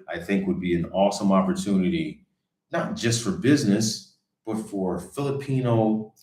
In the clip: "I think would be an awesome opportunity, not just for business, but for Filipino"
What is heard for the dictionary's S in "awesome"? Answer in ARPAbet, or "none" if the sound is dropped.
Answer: S